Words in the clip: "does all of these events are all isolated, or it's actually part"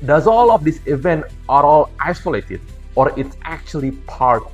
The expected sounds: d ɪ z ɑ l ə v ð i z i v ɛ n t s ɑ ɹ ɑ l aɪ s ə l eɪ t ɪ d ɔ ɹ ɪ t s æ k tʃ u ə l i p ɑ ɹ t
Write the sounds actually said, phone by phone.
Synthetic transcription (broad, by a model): d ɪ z ɑ l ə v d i s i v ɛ n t ɑ ɹ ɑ l aɪ s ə l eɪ t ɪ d ɔ ɹ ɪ t s æ k tʃ u ə l i p ɑ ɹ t